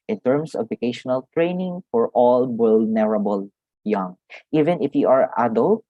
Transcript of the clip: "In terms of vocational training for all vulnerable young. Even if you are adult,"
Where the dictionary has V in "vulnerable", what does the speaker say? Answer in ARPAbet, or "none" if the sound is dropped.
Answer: W